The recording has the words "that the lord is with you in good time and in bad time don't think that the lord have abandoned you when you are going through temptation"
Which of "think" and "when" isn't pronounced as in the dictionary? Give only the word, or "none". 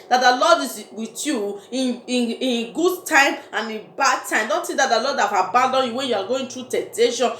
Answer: think